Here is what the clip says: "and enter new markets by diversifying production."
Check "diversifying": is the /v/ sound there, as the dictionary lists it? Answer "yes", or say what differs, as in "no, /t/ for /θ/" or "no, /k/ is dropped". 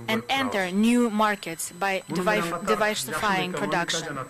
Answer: yes